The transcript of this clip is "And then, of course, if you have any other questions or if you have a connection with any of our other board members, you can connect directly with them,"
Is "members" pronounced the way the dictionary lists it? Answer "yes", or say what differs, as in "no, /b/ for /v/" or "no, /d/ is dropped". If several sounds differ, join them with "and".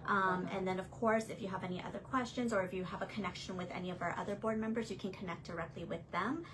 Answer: yes